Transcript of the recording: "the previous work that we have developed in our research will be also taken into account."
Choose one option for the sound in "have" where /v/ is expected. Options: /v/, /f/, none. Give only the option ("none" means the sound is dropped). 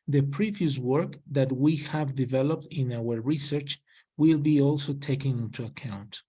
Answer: /v/